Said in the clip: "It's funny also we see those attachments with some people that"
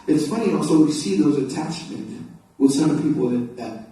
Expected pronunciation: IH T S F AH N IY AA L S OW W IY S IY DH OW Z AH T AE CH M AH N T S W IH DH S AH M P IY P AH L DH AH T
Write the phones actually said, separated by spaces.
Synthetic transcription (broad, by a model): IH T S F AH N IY AA L S OW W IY S IY DH OW Z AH T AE CH M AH N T W IH DH S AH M P IY P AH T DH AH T